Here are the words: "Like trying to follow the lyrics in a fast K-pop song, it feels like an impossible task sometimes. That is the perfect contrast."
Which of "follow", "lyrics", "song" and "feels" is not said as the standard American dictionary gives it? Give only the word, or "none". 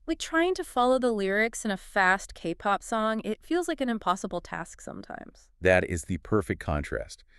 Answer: none